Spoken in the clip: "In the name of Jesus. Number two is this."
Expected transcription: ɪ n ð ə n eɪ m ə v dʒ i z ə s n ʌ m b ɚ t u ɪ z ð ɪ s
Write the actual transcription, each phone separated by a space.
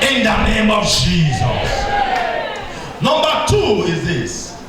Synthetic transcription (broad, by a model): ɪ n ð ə n eɪ m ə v dʒ i z ə s n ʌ m b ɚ t u ɪ z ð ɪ s